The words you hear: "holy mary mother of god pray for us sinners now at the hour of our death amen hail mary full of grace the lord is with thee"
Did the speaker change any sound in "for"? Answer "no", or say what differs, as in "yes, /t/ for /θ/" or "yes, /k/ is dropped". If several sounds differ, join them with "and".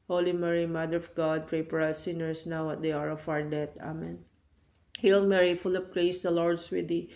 yes, /p/ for /f/